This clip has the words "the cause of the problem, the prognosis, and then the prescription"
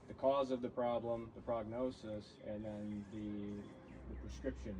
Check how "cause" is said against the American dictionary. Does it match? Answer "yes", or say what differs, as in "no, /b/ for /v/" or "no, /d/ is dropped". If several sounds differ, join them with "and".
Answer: yes